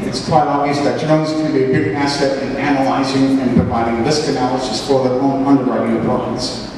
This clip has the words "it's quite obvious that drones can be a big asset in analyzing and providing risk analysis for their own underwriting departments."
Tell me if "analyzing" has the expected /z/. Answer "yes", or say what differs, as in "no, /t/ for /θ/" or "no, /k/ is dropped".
yes